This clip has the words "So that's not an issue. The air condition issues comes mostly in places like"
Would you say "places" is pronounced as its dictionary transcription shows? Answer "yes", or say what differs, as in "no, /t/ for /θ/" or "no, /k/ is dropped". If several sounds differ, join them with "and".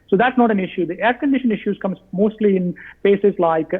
no, /l/ is dropped